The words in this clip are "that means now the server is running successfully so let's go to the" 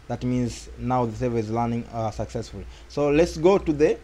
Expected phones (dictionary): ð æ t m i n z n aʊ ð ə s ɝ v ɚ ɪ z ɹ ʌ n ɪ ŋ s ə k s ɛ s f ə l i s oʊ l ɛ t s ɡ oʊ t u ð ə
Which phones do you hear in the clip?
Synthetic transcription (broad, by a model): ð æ t m i n z n aʊ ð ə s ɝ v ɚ ɪ z l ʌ n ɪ ŋ s ə k s ɛ s f ə l i s oʊ l ɛ t s ɡ oʊ t u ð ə